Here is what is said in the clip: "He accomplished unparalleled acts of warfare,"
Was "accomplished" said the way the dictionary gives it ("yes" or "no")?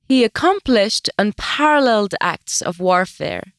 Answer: yes